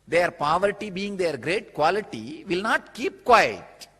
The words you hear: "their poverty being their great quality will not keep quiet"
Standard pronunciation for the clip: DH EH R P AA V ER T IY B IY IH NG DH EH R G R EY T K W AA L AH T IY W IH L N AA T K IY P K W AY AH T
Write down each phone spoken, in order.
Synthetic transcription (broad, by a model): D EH R P AA V ER T IY B IY IH NG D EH R G R EY T K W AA L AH T IY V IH L N AA T K IY P K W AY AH T